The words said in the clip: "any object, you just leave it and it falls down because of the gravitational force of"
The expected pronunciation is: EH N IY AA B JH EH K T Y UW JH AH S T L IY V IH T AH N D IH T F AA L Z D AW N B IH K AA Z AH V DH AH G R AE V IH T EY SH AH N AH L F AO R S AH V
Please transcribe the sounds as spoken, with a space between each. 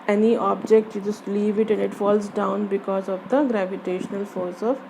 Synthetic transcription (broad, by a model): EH N IY AA B JH EH K T Y UW JH AH S T L IY V IH T AH N D IH T F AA L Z D AW N B IH K AA Z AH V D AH G R AE V IH T EY SH AH N AH L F AO R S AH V